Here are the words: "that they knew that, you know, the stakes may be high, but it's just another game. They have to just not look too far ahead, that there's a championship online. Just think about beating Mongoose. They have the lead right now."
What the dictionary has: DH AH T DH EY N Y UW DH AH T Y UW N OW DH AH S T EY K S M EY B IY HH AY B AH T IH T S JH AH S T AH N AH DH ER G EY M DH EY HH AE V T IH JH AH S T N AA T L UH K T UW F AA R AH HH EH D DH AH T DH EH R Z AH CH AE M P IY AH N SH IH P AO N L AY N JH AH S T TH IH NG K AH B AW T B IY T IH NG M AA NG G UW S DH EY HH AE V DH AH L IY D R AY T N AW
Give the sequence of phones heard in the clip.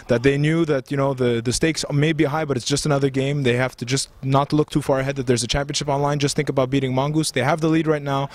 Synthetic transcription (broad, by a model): DH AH T DH EY N Y UW DH AH T Y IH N OW DH AH S T EY K S M EY B IY HH AY B AH T IH T S JH AH S T AH N AH DH ER G EY M DH EY HH AE F T IH JH AH S T N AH T L UH K T UW F AA R AH HH EH D DH AH T DH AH R Z AH CH AE M P IY AH N SH IH P AO N L AY N JH AH S T TH IH NG K AH B AW T B IY T IH NG M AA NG G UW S DH EY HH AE V DH AH L IY D R AY T N AW